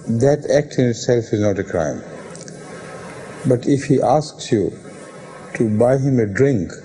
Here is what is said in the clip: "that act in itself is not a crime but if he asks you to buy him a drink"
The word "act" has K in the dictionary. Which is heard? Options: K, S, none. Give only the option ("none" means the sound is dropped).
K